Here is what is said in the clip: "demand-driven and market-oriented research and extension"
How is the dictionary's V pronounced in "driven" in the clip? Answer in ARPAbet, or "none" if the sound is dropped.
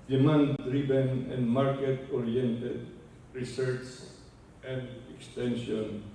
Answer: B